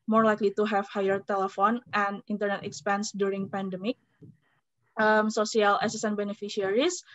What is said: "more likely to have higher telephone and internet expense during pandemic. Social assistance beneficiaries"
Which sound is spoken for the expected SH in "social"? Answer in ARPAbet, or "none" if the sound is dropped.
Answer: S